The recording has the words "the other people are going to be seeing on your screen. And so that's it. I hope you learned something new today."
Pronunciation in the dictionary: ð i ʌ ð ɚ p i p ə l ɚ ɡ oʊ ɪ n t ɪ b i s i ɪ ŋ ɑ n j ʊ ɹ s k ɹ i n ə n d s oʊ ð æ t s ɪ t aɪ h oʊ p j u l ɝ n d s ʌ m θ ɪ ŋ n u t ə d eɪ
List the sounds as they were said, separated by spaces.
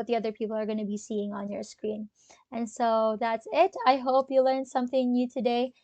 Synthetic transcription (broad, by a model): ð i ʌ ð ɚ p i p l ɚ ɡ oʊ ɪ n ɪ b i s i ɪ ŋ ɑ n j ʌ ɹ s k ɹ i n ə n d s oʊ ð æ t s ɪ t aɪ h oʊ p j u l ɝ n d s ʌ m θ ɪ ŋ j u t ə d eɪ